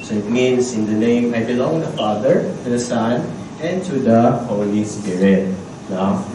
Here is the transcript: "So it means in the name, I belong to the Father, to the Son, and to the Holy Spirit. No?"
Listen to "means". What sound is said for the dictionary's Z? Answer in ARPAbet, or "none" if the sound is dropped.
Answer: S